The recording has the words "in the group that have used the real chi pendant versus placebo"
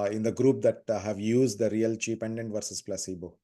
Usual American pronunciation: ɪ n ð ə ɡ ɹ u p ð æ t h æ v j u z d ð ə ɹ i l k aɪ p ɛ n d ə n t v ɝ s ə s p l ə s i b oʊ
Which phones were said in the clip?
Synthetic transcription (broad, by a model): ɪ n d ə ɡ ɹ u p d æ t h æ v j u z d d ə ɹ i l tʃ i p ɛ n d ə n t v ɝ s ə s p l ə s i b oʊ